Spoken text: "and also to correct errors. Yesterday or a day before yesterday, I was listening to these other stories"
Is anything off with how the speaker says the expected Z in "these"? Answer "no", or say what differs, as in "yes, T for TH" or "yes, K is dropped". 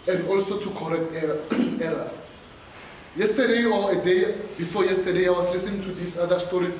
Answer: yes, S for Z